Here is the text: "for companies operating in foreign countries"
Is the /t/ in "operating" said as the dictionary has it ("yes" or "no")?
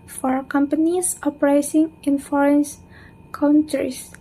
no